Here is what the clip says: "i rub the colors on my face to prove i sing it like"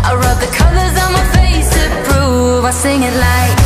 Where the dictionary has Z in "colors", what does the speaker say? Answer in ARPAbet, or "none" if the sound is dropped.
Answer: Z